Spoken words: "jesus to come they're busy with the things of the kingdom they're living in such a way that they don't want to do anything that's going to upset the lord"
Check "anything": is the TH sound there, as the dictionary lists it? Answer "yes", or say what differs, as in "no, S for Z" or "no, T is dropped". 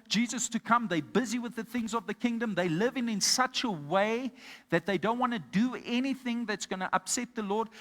yes